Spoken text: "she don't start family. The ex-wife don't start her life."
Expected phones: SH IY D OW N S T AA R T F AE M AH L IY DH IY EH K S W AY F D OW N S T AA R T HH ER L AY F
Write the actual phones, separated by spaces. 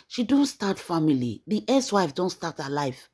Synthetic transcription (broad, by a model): SH IY D OW N S T AA T F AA M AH L IY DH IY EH S W AY F D OW N S T AA T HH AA L AY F